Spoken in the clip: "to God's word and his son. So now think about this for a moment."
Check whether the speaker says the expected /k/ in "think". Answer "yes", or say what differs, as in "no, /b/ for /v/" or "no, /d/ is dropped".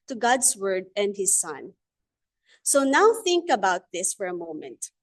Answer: yes